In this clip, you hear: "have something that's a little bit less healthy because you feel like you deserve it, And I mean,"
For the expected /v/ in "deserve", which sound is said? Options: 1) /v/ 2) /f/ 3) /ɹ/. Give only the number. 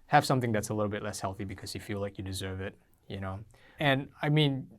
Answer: 1